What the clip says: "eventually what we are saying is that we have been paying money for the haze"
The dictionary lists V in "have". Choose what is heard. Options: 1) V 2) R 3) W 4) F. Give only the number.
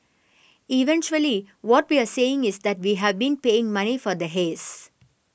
1